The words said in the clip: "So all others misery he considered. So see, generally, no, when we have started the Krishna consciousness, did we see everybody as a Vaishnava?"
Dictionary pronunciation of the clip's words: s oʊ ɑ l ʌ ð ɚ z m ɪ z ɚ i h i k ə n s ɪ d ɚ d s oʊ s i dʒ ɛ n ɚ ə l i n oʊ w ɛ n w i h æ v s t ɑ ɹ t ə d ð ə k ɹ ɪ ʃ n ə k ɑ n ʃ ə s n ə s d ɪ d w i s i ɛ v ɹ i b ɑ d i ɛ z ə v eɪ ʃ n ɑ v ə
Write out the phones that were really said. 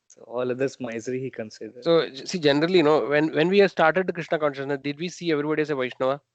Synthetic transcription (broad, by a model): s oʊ ɑ l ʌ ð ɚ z m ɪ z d i h i k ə n s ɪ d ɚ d s oʊ s i dʒ ɛ n ɚ ə l i n oʊ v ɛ n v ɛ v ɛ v s t ɑ ɹ t ə d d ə k ɹ ɪ ʃ n ə k ɑ n ʃ ə s n ə s d ɪ d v i s i ɛ v ɹ i b ɑ d i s ə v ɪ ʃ n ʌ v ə